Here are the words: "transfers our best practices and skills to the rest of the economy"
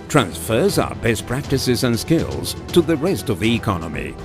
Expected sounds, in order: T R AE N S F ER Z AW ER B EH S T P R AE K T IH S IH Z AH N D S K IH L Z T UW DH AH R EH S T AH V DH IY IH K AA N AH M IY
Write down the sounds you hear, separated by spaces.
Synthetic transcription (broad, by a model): T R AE N S F ER Z AW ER B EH S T P R AE K T IH S IH Z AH N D S K IH L Z T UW DH AH R EH S T AH V DH IY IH K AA N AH M IY